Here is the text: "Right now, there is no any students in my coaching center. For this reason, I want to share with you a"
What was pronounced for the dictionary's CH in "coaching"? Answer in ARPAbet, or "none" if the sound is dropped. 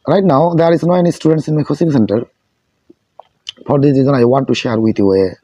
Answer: S